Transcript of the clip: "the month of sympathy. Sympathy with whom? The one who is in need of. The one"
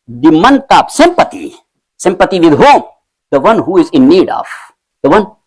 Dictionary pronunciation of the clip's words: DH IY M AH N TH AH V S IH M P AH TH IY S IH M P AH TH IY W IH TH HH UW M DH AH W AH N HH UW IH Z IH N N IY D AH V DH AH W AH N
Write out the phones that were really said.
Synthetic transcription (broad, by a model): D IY M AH N T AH P S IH M P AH T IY S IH M P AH T IY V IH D HH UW M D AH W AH N HH UW IH Z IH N N IY D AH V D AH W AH N